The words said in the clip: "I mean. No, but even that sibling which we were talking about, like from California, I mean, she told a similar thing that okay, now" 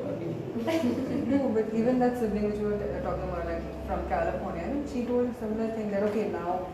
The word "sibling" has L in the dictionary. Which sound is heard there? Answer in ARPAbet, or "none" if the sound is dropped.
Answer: none